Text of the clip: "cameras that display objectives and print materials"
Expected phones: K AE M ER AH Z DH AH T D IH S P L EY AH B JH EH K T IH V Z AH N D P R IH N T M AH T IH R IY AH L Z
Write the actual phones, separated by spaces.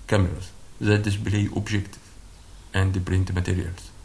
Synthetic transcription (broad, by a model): K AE M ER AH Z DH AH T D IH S B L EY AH B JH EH K T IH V AH N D P R IH N T M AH T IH R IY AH L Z